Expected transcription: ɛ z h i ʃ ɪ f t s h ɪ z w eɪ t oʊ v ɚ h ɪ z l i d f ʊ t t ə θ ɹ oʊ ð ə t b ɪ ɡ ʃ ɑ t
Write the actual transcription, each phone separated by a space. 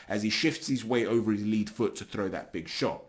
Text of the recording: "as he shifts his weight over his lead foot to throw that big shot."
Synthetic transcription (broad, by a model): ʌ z i ʃ ɪ f t s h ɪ z w eɪ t oʊ v ɚ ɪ z l i d f ʊ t t ə θ ɹ oʊ ð ə t b ɪ ɡ ʃ ɑ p